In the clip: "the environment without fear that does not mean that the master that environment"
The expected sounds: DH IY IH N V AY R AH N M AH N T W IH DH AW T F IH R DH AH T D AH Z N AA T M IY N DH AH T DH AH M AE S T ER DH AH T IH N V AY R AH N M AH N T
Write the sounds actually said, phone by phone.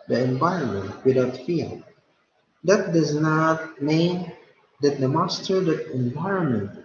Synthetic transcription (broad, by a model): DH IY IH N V AY R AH N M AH N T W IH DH AW T F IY L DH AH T D AH Z N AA T M IY N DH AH T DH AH M AE S T ER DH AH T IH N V AY R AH N M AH N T